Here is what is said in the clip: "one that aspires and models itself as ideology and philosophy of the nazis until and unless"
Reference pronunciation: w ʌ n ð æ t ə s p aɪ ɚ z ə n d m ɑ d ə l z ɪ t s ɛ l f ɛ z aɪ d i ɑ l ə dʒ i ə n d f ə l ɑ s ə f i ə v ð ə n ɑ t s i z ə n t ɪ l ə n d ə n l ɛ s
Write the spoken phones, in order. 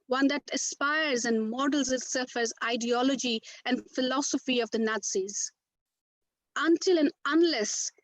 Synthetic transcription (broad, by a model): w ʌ n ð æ t ə s p aɪ ɚ z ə n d m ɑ d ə l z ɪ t s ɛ f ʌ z aɪ d i ɑ l ə dʒ i ə n d f ə l ɑ s ə f i ə v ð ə n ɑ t s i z ə n t ɪ l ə n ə n l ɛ s